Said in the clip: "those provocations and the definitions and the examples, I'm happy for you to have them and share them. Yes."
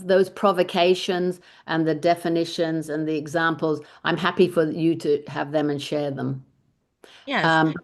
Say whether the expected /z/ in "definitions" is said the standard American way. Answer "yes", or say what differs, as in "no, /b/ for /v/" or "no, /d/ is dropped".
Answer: yes